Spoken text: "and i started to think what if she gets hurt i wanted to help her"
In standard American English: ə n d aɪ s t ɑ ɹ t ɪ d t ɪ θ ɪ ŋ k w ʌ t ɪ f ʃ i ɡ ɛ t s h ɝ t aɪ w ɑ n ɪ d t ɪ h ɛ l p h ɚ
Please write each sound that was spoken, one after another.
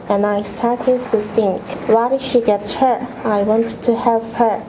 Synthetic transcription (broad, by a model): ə n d aɪ s t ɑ ɹ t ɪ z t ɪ s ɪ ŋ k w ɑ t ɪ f ʃ i ɡ ɛ t s h ɝ aɪ w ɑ n t ɪ h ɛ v h ɚ